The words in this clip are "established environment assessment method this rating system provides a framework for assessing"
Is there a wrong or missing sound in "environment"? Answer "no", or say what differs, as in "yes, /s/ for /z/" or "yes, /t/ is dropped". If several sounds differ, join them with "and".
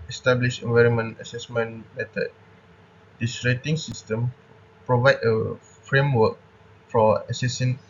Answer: no